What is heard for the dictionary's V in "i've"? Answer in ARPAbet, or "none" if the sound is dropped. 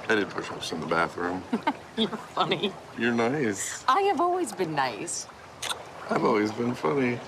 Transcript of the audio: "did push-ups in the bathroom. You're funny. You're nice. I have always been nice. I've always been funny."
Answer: V